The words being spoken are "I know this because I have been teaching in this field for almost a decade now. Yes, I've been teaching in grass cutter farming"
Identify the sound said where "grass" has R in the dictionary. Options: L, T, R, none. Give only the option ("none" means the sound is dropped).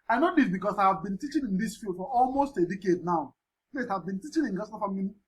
none